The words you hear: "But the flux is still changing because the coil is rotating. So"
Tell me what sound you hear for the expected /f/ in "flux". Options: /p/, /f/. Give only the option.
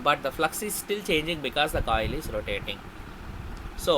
/f/